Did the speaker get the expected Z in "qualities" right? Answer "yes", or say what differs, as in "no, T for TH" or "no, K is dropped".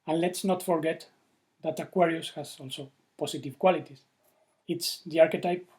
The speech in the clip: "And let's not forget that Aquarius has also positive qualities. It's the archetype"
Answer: no, S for Z